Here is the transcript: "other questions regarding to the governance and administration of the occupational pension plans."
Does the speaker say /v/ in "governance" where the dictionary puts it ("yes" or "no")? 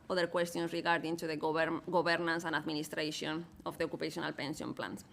no